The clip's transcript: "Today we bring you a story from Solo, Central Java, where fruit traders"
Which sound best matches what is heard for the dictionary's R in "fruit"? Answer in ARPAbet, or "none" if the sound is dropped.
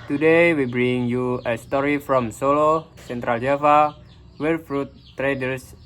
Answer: R